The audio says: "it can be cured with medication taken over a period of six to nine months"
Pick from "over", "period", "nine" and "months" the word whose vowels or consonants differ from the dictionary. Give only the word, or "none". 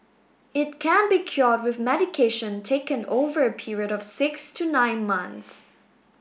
none